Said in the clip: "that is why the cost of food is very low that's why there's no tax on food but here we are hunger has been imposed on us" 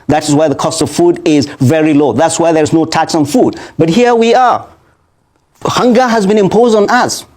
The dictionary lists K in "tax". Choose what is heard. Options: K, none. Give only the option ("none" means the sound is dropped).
K